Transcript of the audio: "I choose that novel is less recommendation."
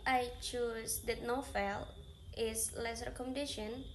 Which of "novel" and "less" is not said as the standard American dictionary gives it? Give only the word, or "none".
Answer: novel